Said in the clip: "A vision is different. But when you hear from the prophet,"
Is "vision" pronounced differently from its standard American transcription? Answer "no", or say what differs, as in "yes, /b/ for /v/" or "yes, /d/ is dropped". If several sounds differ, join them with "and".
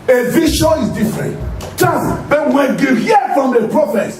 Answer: yes, /ʃ/ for /ʒ/ and /n/ is dropped